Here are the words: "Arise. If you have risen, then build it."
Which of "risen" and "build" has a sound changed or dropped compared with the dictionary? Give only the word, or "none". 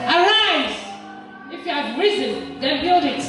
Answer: none